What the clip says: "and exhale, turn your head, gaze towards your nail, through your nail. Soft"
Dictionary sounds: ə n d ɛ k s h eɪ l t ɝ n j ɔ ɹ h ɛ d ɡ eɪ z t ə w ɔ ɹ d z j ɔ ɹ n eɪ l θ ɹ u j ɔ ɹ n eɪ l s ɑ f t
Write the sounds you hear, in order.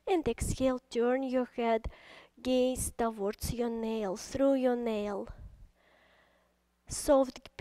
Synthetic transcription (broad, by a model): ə n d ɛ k s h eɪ l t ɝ n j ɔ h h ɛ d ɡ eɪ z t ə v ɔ ɹ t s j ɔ n eɪ l s ɹ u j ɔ n eɪ l s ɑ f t